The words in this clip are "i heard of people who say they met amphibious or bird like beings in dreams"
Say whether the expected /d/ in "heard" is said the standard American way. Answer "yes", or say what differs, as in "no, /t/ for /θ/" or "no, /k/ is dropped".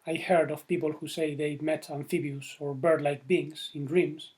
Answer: yes